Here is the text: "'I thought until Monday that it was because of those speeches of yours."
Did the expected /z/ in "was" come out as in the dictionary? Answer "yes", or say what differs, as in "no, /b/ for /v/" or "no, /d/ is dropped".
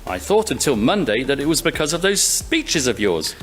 yes